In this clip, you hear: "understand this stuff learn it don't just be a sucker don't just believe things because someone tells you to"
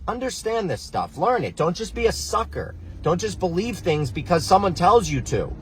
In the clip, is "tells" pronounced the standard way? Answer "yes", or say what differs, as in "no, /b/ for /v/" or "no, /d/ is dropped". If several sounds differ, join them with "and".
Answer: yes